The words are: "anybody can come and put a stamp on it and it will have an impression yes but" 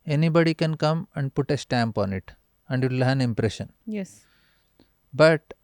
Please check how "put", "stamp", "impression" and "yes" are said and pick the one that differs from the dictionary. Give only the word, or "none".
none